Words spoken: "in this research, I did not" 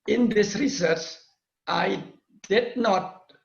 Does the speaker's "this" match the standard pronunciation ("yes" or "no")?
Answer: yes